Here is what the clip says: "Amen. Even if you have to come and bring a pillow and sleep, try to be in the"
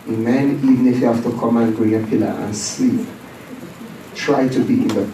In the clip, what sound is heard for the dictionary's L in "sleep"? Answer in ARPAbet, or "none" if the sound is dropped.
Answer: none